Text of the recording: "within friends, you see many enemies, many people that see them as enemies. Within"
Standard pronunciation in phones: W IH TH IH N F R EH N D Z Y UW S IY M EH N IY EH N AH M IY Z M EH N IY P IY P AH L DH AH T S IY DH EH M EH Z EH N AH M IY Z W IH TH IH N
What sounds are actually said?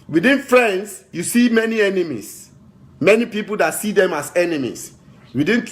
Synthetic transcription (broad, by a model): W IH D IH N F R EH N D S Y UW S IY M EH N IY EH N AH M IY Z M EH N IY P IY P AH L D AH T S IY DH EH M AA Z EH N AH M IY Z W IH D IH N